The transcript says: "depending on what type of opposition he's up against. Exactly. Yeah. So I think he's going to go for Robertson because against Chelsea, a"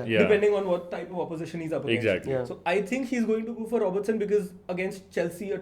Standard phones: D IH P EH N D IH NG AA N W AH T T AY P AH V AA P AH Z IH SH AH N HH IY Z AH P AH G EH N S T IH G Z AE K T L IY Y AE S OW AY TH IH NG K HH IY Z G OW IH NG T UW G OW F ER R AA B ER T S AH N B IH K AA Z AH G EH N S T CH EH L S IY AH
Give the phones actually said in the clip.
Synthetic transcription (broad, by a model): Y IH P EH N D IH NG AA N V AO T T AY P AH V AA P AH Z IH SH AH N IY Z AH P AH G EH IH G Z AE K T L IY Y S OW AY T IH NG K HH IY Z G OW IH NG T UW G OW F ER R AA B ER T S AH N B IH K AA Z AH G EH N S T CH EH L S IY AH